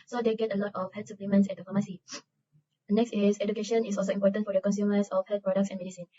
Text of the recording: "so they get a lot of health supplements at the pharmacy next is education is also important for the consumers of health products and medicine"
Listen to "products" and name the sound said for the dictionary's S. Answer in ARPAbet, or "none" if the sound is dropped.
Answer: S